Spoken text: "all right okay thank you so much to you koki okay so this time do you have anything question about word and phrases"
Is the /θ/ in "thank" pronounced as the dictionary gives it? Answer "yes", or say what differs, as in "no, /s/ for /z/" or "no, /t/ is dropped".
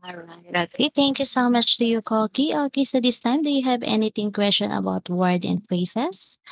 no, /t/ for /θ/